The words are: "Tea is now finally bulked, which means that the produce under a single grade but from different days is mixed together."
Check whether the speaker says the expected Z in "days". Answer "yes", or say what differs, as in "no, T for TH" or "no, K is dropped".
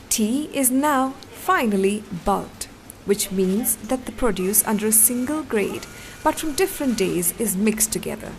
yes